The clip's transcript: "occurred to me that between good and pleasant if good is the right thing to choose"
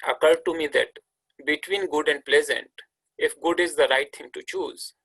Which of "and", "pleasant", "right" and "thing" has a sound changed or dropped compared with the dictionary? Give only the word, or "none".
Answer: thing